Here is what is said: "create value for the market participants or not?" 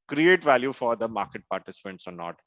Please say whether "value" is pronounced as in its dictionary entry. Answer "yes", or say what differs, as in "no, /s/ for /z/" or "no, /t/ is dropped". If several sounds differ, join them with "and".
yes